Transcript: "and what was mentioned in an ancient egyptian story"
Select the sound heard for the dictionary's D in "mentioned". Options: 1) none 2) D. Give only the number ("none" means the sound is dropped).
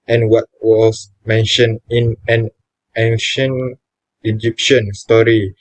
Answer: 1